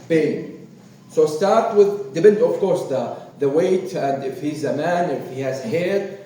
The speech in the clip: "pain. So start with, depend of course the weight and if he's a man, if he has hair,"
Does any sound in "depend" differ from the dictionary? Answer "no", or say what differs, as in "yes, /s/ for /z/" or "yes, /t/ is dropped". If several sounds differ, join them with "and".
yes, /b/ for /p/